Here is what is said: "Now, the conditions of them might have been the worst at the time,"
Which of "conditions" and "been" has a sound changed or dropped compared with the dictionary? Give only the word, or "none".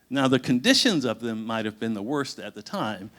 none